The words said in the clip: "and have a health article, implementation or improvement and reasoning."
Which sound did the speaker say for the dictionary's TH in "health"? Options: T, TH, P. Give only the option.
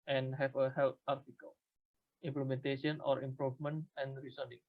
T